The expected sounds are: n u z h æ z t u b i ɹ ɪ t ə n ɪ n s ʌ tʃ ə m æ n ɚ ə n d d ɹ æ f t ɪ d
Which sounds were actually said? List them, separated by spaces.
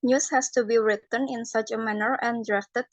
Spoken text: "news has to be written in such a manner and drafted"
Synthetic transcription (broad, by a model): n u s h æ s t u b i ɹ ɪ t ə n ɪ n s ʌ tʃ ə m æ n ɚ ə n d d ɹ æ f t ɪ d